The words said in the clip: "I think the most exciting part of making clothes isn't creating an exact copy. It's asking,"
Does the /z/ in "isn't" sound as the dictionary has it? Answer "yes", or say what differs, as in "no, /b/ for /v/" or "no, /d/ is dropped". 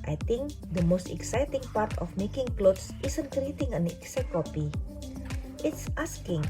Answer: no, /s/ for /z/